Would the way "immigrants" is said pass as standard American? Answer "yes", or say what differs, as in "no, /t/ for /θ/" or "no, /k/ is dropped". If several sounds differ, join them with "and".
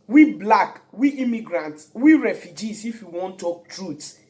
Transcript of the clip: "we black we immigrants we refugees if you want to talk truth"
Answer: no, /s/ is dropped